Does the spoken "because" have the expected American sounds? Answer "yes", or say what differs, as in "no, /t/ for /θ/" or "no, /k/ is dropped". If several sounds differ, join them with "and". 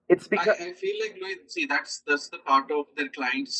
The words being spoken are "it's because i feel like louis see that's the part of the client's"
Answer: no, /k/ is dropped and /z/ is dropped